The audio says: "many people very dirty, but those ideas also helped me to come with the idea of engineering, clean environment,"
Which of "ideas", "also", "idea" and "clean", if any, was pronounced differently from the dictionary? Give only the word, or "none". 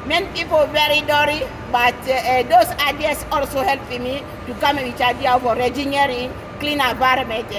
ideas